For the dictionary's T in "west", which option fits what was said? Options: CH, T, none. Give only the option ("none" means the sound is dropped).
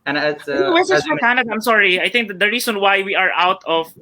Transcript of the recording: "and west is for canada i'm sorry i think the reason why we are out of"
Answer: none